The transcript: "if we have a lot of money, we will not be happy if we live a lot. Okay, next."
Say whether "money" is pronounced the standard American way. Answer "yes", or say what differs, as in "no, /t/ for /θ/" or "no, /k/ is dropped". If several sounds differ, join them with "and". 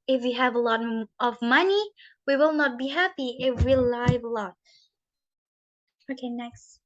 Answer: yes